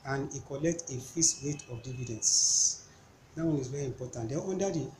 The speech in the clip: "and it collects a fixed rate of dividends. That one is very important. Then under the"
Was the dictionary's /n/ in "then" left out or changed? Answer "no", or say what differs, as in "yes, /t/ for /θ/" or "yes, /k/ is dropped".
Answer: yes, /n/ is dropped